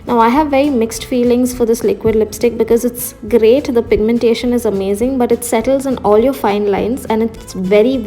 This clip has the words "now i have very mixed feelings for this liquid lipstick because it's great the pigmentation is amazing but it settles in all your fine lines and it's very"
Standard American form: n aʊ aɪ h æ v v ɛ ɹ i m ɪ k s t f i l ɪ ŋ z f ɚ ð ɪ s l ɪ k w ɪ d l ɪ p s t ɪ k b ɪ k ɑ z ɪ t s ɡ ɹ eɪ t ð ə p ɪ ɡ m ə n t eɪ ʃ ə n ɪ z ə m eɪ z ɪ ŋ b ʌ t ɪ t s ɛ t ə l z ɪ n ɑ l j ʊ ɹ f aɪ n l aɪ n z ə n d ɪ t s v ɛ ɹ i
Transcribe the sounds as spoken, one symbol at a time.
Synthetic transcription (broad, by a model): n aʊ aɪ h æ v v ɛ ɹ i m ɪ k s t f i l ɪ ŋ z f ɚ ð ɪ s l ɪ k w ɪ d l ɪ p s t ɪ k b ɪ k ɑ z ɪ t s ɡ ɹ eɪ t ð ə p ɪ ɡ m ə n t eɪ ʃ ə n ɪ z ə m eɪ z ɪ ŋ b ʌ t ɪ t s ɛ t ə l z ɪ n ɑ l j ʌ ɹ f aɪ n l aɪ n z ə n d ɪ t s v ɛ ɹ i